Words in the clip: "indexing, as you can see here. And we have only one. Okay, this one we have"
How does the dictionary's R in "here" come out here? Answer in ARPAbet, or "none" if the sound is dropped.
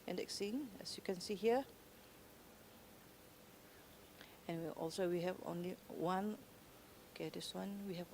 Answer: W